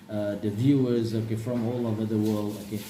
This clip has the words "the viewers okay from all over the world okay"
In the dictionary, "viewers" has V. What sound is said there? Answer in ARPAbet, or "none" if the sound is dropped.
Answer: V